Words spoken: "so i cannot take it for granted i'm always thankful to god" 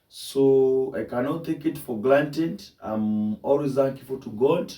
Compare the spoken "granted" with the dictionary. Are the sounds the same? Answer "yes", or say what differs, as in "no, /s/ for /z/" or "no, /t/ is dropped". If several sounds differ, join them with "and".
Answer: no, /l/ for /ɹ/